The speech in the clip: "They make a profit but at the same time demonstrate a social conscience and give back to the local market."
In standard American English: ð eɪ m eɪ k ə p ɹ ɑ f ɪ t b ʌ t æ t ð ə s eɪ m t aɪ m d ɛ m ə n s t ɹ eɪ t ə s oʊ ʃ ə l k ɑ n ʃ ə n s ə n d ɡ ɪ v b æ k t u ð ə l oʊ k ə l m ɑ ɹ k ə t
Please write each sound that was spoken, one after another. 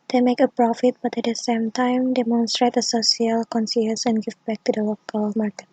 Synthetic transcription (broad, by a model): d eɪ m eɪ k ə p ɹ ɑ f ɪ t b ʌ t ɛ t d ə s eɪ m t aɪ m d ɛ m ə n s t ɹ eɪ t ə s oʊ s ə l k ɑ n s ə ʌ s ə n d ɡ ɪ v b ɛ k t u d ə l oʊ k ə l m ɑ ɹ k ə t